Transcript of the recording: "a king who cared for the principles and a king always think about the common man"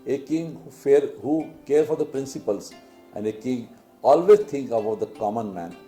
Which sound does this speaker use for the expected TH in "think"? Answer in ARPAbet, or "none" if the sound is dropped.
T